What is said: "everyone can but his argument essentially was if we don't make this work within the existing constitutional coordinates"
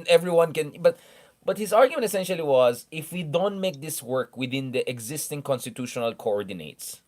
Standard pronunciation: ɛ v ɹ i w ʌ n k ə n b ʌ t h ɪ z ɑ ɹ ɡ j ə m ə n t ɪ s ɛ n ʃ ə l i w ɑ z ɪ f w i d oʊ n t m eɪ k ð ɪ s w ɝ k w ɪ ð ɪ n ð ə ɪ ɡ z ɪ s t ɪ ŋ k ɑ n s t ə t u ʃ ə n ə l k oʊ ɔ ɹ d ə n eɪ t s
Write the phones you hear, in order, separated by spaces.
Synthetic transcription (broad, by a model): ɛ v ɹ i w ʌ n k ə n b ʌ t h ɪ z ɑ ɹ ɡ j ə m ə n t ɪ s ɛ n ʃ ə l i w ɑ z ɪ f w i d oʊ n t m eɪ k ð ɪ s w ɝ k w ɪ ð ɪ n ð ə ɪ ɡ z ɪ s t ɪ ŋ k ɑ n s t ə t u ʃ ə n ə l k oʊ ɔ ɹ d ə n eɪ t s